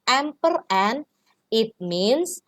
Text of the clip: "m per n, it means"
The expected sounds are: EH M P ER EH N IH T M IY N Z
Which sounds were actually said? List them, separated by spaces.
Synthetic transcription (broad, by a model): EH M P ER EH N IH T M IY N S